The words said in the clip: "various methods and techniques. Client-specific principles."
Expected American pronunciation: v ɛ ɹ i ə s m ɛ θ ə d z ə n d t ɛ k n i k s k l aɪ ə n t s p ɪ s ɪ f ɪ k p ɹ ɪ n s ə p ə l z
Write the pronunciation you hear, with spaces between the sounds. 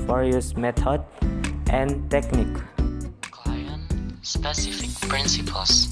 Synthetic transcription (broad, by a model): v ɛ ɹ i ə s m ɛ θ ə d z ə n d t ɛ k n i k k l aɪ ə n s p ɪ s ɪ f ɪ k p ɹ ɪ n s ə p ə l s